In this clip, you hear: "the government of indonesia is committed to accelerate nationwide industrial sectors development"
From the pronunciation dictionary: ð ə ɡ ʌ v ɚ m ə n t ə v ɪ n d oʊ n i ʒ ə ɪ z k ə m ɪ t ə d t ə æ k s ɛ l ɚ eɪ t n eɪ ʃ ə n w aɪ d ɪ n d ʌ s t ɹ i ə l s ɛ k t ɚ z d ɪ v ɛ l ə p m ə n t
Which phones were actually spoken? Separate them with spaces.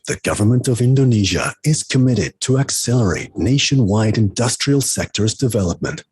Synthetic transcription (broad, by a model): ð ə ɡ ʌ v ɚ m ə n t ə v ɪ n d oʊ n i ʒ ə ɪ z k ə m ɪ t ə d t ə æ k s ɛ l ɚ eɪ t n eɪ ʃ ə n w aɪ d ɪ n d ʌ s t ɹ i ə l s ɛ k t ɚ z d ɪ v ɛ l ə p m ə n t